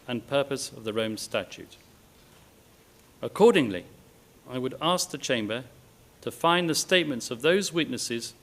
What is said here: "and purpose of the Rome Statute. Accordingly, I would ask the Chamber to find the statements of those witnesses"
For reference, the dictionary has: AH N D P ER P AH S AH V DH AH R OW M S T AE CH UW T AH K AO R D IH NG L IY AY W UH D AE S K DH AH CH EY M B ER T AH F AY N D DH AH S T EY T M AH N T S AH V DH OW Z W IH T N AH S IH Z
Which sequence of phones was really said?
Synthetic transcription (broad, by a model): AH N P ER P AH S AH V DH AH R OW M S T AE CH UW T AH K AO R D IH NG L IY AY W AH D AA S K DH AH CH EY M B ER T AH F AY N DH AH S T EY T M AH N T S AH V DH OW Z W IH T N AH S IH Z